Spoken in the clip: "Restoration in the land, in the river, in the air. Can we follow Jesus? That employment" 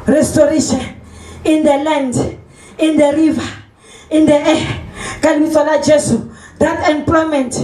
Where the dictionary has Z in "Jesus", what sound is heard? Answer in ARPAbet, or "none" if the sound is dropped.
S